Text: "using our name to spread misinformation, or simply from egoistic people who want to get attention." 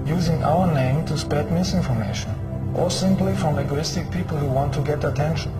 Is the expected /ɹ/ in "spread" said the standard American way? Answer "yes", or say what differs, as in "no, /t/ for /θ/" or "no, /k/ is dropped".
no, /ɹ/ is dropped